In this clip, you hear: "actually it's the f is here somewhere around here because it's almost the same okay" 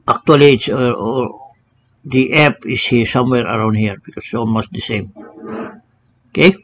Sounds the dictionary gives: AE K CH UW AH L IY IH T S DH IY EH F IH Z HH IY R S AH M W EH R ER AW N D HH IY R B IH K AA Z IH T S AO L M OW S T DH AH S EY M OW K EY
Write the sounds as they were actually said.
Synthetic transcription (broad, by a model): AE K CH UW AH L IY IH T S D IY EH P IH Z HH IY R S AH M W EH R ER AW N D HH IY R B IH K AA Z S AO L M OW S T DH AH S EY M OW K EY